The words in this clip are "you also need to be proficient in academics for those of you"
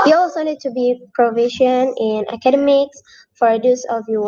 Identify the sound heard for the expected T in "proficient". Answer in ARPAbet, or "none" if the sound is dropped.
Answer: none